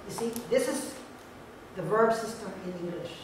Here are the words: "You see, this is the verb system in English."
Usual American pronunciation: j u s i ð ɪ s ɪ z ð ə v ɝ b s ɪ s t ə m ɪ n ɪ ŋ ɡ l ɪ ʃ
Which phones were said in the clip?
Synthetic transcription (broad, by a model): j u s i ð ɪ s ɪ z ð ə v ɝ b s ɪ s t ə m ɪ n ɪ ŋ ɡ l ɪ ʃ